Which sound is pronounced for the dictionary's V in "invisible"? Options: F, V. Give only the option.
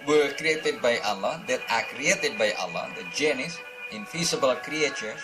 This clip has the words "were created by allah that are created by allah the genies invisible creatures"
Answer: F